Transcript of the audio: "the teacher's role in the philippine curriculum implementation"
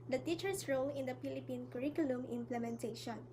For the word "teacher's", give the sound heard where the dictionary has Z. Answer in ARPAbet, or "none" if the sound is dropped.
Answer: S